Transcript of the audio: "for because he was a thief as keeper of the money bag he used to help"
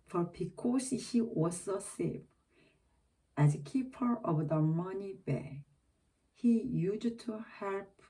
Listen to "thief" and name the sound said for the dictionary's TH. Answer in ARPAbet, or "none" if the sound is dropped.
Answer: S